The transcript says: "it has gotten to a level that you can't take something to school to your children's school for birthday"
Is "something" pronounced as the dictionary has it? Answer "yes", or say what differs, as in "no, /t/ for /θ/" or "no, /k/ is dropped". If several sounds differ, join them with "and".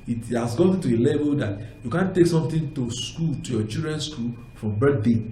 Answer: no, /t/ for /θ/